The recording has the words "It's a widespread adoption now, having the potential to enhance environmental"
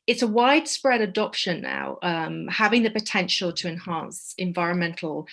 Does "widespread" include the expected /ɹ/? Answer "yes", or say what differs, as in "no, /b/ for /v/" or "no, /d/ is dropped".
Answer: yes